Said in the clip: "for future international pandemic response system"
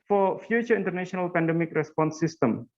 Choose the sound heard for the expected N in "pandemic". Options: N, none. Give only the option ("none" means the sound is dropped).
N